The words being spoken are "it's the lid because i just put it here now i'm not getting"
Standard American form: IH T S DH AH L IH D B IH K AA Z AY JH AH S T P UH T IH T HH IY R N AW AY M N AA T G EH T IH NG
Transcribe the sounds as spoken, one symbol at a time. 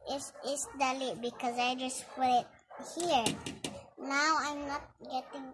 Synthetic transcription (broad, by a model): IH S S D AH L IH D B IH K AA Z AY JH AH S T F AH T IH T HH IY R N AW AY M N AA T G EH T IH NG